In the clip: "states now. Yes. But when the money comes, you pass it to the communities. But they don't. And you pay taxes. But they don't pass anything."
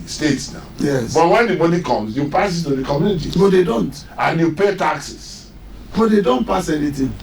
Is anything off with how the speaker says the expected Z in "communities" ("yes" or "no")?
yes